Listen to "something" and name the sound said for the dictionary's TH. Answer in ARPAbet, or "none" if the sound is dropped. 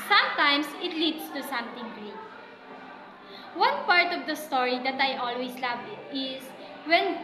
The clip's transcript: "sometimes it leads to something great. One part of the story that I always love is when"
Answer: T